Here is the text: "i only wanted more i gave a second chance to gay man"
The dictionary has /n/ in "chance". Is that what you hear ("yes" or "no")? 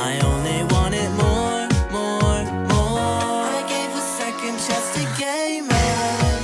no